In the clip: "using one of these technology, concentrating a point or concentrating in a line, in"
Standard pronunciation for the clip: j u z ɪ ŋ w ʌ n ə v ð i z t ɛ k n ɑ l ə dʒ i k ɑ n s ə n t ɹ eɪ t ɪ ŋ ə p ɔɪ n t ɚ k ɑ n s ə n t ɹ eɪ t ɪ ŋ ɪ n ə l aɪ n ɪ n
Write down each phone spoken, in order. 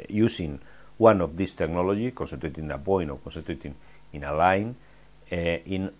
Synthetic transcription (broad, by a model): j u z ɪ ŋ w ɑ n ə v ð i s t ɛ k n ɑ l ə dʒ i k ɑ n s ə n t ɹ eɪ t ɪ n ə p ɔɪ n ɔ k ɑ n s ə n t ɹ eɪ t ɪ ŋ ɪ n ə l aɪ n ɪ n